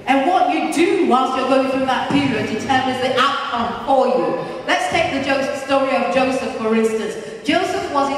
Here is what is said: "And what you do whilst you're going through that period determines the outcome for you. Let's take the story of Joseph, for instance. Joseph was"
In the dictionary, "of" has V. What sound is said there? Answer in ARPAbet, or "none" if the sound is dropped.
V